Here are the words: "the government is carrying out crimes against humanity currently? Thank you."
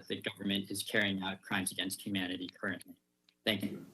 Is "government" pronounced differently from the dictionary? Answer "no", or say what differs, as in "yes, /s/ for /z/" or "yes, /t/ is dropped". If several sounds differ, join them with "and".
no